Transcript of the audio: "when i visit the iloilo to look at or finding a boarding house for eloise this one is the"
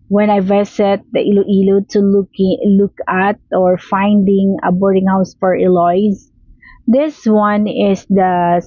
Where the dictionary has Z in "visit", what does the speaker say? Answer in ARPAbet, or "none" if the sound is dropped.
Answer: S